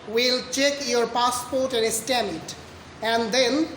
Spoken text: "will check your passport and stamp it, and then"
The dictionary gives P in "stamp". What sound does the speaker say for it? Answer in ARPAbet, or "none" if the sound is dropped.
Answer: none